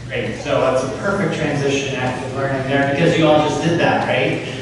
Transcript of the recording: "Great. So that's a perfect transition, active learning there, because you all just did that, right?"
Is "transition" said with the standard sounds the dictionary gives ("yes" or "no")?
yes